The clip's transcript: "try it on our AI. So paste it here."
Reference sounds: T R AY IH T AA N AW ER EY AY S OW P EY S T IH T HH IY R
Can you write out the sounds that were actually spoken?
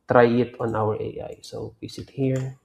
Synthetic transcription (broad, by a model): T R AY IH T AA N AW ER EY AY S OW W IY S IH T HH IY R